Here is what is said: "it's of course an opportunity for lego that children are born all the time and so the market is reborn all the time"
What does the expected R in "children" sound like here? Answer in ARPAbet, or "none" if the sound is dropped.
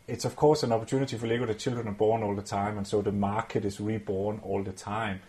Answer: none